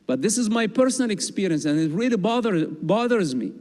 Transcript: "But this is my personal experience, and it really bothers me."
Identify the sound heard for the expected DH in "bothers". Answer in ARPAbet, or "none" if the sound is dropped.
DH